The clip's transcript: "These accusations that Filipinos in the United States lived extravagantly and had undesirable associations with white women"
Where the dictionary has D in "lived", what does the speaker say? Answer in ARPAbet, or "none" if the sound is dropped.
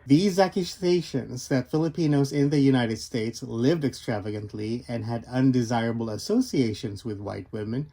D